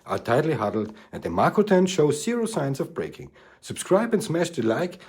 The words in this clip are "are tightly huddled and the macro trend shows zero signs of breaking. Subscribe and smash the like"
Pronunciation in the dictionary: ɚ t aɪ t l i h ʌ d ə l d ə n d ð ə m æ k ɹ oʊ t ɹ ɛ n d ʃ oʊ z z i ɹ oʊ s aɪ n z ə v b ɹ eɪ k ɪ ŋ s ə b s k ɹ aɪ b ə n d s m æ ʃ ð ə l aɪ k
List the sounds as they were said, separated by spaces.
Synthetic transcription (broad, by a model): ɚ t aɪ t l i h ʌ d l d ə n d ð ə m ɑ k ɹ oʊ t ɛ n ʃ oʊ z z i ɹ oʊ s aɪ n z ə v b ɹ eɪ k ɪ ŋ s ə b s k ɹ aɪ b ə n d s m æ ʃ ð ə l aɪ k